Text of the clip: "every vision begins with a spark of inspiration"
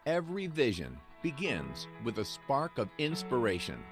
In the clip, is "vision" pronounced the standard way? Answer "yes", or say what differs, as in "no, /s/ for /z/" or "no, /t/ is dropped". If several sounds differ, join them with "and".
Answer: yes